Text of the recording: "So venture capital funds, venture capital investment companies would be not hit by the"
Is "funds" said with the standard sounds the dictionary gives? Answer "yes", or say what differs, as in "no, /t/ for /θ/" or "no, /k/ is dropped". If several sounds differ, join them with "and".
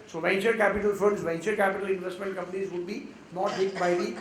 no, /n/ is dropped